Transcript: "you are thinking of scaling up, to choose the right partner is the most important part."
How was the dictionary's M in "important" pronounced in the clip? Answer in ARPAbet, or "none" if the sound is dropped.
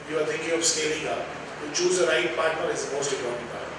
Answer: none